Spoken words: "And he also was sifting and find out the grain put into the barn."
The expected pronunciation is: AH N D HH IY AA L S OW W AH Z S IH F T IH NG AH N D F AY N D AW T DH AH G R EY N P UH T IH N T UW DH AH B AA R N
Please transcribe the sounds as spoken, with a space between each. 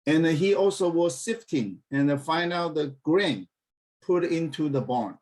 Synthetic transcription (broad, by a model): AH N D HH IY AA L S OW W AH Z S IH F T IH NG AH N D F AY N AH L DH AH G R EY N P UH T IH N T UW DH AH B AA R N